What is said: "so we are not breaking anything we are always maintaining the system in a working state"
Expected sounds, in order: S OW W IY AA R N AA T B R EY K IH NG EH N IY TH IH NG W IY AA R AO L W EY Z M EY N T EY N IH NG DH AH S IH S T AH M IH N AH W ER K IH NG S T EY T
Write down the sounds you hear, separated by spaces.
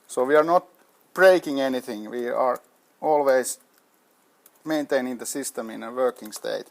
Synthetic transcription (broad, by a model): S OW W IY AA R N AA T B R EY K IH NG EH N IY TH IH NG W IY AA R AO L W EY S M EY N T EY N IH NG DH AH S IH S T AH M IH N AH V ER K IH NG S T EY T